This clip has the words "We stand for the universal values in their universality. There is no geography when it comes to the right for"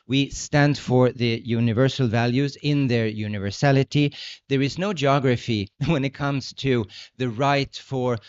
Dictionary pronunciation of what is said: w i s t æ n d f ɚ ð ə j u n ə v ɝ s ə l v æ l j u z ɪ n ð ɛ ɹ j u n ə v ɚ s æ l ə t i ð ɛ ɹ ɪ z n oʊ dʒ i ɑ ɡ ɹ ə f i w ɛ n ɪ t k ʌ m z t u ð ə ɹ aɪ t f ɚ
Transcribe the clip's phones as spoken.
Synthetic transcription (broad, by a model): w i s t æ n d f ɚ ð ə j u n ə v ɝ s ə l v æ l j u z ɪ n ð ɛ ɹ j u n ə v ɚ s æ l ə t i ð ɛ ɹ ɪ z n oʊ dʒ i ɑ ɡ ɹ ə f i w ɛ n ɪ t k ʌ m z t u ð ə ɹ aɪ t f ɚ